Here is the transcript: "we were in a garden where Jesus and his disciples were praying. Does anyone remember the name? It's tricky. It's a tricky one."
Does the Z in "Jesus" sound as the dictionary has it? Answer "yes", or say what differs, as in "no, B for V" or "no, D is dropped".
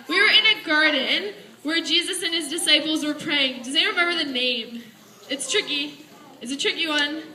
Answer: yes